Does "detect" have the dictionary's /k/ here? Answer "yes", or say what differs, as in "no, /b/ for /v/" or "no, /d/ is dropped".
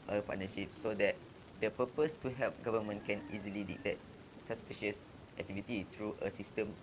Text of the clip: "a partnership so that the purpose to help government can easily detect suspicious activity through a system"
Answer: no, /k/ is dropped